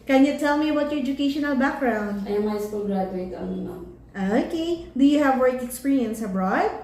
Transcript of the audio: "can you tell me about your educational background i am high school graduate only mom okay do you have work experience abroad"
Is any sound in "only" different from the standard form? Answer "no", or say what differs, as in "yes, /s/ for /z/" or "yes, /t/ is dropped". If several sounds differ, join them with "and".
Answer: yes, /l/ is dropped